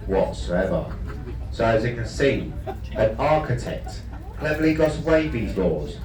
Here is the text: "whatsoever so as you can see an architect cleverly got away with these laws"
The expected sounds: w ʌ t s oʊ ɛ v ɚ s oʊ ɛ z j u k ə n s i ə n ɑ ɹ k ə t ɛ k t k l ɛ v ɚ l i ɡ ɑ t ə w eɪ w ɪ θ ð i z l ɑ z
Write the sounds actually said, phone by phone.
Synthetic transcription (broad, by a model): w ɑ t s oʊ ɛ v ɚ s oʊ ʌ z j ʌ k ə n s i ə n ɑ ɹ k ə t ɛ k t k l ɛ v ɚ l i ɡ ɑ t ə w eɪ ɪ ð i z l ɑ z